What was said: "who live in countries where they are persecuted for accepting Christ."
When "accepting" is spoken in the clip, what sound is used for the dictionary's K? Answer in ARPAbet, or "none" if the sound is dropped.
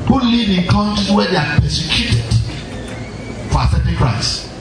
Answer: none